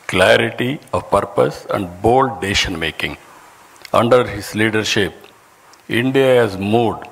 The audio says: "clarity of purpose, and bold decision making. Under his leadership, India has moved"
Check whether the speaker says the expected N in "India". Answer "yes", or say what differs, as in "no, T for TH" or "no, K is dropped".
yes